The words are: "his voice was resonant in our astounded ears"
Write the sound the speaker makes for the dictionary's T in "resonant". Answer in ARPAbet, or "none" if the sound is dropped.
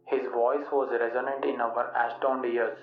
T